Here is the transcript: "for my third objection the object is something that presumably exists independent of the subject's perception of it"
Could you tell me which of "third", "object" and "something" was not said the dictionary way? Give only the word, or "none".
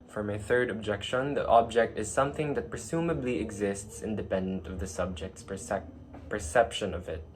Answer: none